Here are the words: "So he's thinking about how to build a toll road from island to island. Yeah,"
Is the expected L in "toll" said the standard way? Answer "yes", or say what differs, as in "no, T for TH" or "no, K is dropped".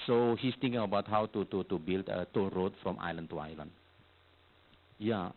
no, N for L